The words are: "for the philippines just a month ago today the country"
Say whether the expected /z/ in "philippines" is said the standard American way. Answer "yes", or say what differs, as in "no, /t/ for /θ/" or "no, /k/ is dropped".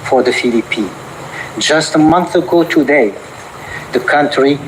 no, /z/ is dropped